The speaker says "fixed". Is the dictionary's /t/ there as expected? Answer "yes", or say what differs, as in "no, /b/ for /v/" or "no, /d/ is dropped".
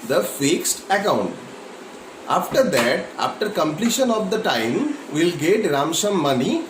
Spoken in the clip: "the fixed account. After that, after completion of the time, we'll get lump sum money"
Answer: yes